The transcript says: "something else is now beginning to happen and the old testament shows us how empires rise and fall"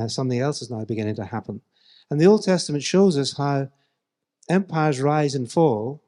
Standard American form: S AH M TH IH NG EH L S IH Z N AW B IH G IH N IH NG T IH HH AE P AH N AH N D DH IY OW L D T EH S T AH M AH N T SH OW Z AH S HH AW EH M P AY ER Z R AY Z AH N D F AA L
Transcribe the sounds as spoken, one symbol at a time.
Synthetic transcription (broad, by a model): S AH M TH IH NG EH L S IH Z N AW B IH G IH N IH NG T IH HH AE P AH N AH N DH IY OW L D T EH S T AH M AH N T SH OW Z AH S HH AW EH M P AY ER Z R AY Z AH N F AA L